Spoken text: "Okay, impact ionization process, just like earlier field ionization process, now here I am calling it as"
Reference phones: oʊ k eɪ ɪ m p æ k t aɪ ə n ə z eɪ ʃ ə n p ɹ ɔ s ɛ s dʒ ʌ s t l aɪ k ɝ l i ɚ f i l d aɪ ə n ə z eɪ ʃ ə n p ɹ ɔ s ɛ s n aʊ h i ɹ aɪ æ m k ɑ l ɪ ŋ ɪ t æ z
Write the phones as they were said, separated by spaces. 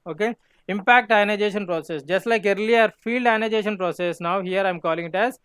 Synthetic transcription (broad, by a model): oʊ k eɪ ɪ m p æ k t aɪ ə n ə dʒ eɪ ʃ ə n p ɹ ɔ s ɛ s dʒ ʌ s t l aɪ k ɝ l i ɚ f i l d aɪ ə n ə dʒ eɪ ʃ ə n p ɹ ɔ s ɛ s n aʊ h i ɹ aɪ m k ɑ l ɪ ŋ ɪ t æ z